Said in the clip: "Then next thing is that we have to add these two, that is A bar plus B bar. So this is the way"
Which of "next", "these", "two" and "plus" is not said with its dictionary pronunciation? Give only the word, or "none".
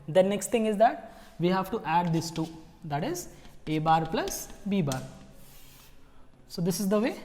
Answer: these